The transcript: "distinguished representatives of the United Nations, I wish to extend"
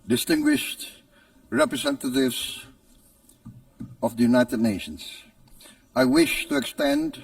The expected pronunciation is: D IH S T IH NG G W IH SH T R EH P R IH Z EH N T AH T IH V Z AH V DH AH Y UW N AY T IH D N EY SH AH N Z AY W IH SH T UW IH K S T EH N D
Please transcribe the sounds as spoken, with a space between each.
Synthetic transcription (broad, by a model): D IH S T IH NG G W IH SH T R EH P R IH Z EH N T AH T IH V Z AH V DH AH Y UW N AY T IH D N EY SH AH N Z AY W IH SH T UW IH K S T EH N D